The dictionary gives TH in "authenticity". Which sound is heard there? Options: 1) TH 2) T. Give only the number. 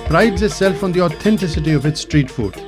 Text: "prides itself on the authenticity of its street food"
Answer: 2